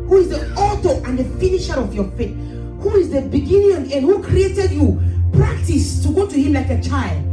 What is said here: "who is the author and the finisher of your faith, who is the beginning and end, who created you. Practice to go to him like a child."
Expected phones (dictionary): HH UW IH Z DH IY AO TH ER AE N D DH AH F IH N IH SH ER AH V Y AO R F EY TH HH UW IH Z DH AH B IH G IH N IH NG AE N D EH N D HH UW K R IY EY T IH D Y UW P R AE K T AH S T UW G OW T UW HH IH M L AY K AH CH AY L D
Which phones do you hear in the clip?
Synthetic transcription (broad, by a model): HH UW IH Z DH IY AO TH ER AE N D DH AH F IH N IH SH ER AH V Y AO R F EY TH HH UW IH Z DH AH B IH G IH N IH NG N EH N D HH UW K R IY EY T IH D Y UW P R AE K T AH S T UW G OW T UW HH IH M L AY K AH CH AY L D